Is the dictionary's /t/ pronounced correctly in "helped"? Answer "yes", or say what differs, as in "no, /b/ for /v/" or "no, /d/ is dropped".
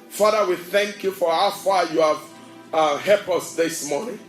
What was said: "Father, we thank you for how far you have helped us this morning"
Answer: no, /t/ is dropped